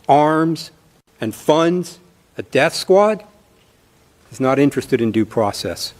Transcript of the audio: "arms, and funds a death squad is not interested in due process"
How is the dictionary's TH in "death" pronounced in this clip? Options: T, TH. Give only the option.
TH